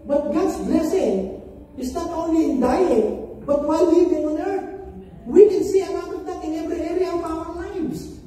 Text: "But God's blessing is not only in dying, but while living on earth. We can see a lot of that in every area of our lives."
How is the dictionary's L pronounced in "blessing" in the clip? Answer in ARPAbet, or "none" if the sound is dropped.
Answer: L